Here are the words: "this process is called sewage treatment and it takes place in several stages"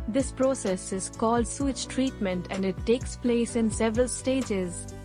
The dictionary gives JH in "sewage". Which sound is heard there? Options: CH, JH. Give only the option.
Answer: CH